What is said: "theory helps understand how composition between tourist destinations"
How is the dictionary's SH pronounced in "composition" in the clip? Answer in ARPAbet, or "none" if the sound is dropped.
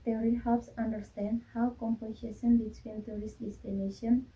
S